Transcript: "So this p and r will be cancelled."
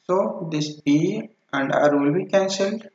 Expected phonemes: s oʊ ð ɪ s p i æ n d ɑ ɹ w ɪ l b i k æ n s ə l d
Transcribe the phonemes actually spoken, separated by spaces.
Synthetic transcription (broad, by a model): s oʊ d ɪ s b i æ n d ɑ ɹ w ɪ l b i k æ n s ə l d